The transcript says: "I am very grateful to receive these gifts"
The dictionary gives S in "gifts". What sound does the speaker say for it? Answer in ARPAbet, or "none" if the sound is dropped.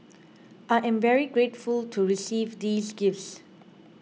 S